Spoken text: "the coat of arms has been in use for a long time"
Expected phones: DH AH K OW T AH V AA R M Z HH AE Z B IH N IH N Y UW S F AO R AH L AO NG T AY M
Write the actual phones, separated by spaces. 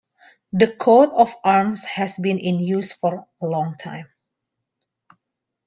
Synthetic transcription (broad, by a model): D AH K OW T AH F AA R M S HH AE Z B IH N IH N Y UW S F AO R AH L AO NG T AY M